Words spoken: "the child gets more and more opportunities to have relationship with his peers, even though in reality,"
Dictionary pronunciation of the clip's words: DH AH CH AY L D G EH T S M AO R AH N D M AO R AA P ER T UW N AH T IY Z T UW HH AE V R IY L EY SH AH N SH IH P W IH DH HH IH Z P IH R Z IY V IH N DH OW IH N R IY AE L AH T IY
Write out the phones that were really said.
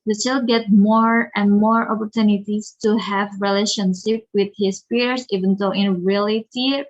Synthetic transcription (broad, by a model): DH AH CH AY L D G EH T M AO R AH N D M AO R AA P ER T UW N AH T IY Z T UW HH AE V R IY L EY SH AH N SH IH P W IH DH HH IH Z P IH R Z IY V IH N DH OW IH N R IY L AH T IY